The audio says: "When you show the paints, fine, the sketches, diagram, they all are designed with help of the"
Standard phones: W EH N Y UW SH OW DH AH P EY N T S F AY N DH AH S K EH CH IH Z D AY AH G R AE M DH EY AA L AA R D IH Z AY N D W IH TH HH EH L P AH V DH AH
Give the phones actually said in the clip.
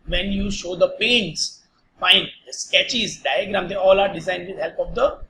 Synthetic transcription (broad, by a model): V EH N Y UW SH OW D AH P EY N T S F AY N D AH S K EH CH IH Z D AY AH G R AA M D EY AA L AA R D IH Z AY N D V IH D HH EH L P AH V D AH